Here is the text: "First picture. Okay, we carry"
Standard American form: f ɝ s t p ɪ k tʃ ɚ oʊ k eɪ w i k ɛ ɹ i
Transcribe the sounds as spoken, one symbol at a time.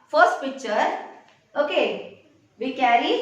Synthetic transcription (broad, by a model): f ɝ s t p ɪ k tʃ ɚ oʊ k eɪ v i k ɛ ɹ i